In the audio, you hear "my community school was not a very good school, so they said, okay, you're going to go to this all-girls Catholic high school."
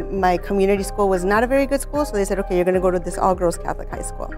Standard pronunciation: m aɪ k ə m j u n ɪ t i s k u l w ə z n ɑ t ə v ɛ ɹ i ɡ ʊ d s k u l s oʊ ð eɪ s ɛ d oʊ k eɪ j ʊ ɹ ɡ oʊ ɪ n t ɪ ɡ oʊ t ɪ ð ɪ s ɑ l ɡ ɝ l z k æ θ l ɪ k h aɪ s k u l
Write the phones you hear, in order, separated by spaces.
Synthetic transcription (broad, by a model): m aɪ k ə m j u n ɪ t i s k u l w ə z n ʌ t ə v ɛ ɹ i ɡ ʊ d s k u l s oʊ ð eɪ s ɛ d oʊ k eɪ j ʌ ɹ ɡ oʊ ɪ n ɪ ɡ oʊ t ɪ ð ɪ s ɑ l ɡ ɝ l z k æ θ l ɪ k h aɪ s k u l